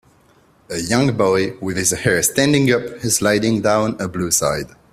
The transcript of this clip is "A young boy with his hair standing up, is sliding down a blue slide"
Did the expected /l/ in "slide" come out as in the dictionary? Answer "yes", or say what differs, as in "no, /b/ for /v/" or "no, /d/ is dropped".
no, /l/ is dropped